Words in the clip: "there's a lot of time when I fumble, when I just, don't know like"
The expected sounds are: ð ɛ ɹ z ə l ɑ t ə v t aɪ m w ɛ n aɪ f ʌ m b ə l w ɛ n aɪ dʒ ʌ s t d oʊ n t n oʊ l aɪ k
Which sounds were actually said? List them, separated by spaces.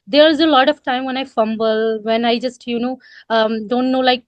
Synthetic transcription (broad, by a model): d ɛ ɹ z ə l ɑ t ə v t aɪ m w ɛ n aɪ f ʌ m b ə l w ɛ n aɪ dʒ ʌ s t d oʊ n t n oʊ l aɪ k